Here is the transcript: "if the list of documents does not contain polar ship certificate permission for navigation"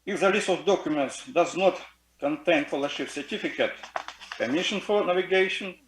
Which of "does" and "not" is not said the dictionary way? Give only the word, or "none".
none